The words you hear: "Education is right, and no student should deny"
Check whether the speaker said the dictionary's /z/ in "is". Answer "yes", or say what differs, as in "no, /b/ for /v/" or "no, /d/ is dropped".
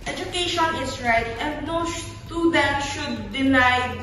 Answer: no, /s/ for /z/